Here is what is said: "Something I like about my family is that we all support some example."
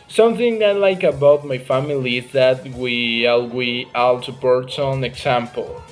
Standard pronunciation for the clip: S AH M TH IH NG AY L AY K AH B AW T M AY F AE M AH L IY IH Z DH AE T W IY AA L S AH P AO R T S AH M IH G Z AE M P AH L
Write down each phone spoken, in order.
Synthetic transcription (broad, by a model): S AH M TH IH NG AY L AY K AH B AW T M AY F AE M AH L IY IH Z DH AE T W IY AA L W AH AA L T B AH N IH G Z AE M P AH L